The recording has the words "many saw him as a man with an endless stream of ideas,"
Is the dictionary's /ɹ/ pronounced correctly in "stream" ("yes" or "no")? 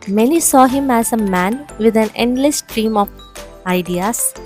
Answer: yes